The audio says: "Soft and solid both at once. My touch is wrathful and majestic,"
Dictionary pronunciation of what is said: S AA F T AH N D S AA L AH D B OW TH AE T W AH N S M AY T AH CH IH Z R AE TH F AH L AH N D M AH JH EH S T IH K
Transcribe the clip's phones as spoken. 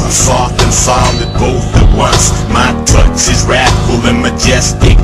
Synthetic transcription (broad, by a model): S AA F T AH N S AA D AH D B OW TH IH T W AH N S M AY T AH S IH Z R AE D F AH L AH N M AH JH EH S T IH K